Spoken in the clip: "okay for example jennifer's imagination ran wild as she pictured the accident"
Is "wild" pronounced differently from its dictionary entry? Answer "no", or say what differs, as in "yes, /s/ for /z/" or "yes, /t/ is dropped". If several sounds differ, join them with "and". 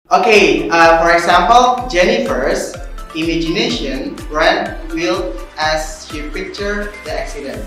yes, /d/ is dropped